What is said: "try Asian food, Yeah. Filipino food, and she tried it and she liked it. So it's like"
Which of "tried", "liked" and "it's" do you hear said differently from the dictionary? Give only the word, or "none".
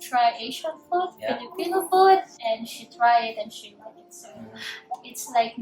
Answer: liked